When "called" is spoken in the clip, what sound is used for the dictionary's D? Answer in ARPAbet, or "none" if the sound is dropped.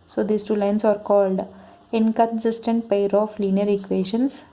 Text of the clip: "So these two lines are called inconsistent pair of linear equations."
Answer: D